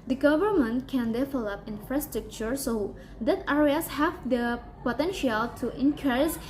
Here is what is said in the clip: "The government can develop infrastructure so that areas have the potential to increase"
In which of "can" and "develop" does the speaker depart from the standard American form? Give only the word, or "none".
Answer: develop